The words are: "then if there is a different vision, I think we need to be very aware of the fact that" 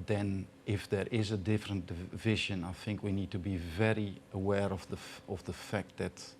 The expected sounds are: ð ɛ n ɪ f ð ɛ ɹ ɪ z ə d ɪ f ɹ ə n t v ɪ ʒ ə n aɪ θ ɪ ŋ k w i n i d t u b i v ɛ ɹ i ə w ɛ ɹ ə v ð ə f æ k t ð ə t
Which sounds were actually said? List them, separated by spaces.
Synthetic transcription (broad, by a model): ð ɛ n ɪ f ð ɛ ɹ ɪ z ə d ɪ f ɹ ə n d v ɪ ʒ ə n aɪ θ ɪ ŋ k w i n i d t u b i v ɛ ɹ i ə w ɛ ɹ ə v ð ə f æ k t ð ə t